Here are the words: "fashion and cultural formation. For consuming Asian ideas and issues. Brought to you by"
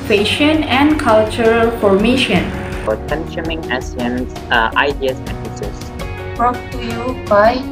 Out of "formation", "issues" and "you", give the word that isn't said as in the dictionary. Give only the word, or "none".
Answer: issues